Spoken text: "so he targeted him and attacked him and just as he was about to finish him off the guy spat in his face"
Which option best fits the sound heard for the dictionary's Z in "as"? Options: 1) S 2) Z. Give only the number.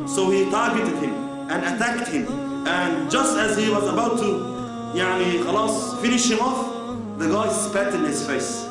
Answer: 2